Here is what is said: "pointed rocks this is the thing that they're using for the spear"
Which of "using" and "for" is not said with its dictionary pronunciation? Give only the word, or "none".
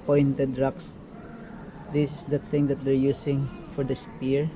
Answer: using